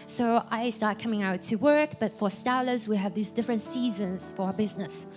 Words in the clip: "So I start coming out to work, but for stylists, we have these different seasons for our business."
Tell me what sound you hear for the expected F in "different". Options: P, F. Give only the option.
F